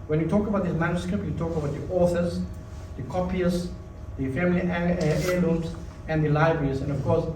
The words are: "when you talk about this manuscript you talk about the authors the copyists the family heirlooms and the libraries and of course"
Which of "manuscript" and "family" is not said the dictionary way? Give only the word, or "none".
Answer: none